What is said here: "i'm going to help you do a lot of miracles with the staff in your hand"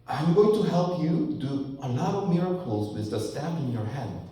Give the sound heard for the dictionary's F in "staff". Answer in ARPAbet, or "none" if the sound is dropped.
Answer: P